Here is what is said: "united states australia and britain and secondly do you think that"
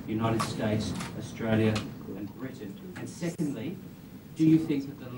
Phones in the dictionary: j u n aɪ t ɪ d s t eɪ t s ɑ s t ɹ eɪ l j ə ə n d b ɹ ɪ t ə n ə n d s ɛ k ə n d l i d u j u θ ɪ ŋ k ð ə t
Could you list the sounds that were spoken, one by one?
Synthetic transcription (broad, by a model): j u n aɪ t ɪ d s t eɪ t s ɑ s t ɹ eɪ l j ə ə n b ɹ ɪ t n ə n s ɛ k ə n d l i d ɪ j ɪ θ ɪ ŋ k ð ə t